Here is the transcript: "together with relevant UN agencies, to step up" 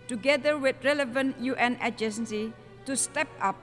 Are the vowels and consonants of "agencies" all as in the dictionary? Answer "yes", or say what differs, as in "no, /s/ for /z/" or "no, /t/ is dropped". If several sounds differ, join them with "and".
no, /z/ is dropped